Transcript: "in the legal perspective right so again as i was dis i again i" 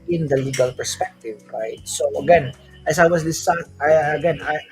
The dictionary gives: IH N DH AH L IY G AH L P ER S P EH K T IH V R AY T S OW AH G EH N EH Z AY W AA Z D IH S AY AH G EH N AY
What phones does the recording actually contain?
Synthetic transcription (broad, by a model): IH N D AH L IY G AH L P ER S P EH K T IH V R AY T S OW AH G EH N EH S AY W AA S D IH S AY AH G EH N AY